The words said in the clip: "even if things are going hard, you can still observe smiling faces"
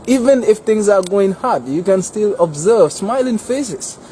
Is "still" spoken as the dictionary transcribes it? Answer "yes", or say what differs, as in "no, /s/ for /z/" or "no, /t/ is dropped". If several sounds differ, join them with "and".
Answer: yes